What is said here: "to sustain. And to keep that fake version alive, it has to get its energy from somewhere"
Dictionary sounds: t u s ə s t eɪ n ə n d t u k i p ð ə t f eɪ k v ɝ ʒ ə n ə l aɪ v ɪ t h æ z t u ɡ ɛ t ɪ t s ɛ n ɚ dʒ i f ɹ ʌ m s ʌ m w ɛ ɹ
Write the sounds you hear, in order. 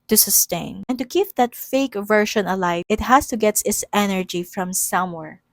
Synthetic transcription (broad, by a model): t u s ə s t eɪ n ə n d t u k i p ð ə t f eɪ k v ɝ ʃ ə n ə l aɪ ɪ t h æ s t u ɡ ɛ t ɪ t s ɛ n ɚ dʒ i f ɹ ʌ m s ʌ m w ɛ ɹ